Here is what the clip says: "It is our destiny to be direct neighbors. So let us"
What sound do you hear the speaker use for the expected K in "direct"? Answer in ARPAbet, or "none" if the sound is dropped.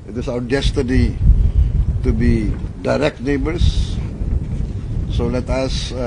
K